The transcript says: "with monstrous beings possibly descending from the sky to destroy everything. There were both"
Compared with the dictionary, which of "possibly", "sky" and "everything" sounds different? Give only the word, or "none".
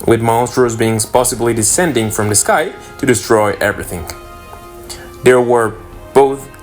none